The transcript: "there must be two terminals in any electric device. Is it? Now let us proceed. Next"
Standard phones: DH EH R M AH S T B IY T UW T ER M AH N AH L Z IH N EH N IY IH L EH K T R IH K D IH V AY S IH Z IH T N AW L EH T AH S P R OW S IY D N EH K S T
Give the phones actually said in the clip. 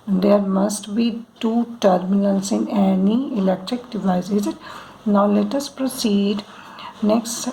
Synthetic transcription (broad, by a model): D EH R M AH S T B IY T UW T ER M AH L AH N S IH N EH N IY IH L EH K T R IH K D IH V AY IH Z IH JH N AW L EH T AH S P R OW S IY D N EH K S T